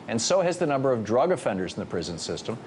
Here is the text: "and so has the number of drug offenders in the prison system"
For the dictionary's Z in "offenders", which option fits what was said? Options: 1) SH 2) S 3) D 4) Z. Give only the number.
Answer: 4